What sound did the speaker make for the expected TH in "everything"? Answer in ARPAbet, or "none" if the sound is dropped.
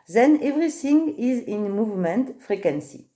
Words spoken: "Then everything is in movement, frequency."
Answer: S